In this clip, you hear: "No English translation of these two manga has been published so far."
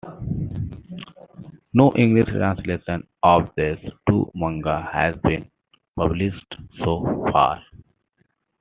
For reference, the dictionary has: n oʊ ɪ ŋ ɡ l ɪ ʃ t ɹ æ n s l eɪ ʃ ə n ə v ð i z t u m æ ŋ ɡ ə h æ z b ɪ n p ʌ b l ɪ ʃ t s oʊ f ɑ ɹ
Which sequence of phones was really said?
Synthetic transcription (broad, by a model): n oʊ ɪ ŋ ɡ l ɪ ʃ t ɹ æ n s l eɪ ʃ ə n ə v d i s t u m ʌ ŋ ɡ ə h æ z b ɪ n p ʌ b l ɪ s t s oʊ f ɑ ɹ